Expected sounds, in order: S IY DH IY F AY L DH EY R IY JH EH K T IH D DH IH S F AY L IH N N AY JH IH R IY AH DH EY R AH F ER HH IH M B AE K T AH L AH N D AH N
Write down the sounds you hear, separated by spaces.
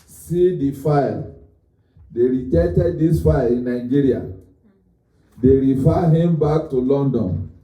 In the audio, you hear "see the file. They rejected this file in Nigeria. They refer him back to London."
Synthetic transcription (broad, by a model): S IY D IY F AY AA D EY R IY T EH T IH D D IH S F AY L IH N N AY JH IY R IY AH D EY R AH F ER HH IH M B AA K T AH L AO N D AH N